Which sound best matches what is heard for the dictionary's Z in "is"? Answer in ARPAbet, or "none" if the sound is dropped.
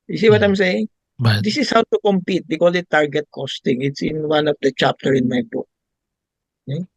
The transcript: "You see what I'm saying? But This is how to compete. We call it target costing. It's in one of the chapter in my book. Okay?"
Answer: S